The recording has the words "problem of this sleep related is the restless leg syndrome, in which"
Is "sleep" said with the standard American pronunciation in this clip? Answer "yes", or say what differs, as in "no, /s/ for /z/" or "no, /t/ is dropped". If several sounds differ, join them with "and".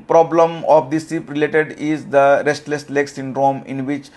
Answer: no, /l/ is dropped